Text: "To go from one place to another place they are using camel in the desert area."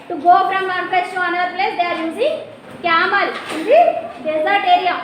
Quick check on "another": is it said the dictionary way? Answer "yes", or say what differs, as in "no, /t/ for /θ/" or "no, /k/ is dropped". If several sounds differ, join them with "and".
no, /ð/ is dropped